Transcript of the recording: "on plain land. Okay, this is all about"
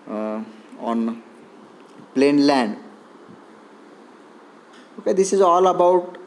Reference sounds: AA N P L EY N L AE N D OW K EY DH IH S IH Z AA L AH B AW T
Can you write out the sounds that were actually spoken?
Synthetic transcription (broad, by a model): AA N P L EY N L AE N D OW K EY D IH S IH Z AA L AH B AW T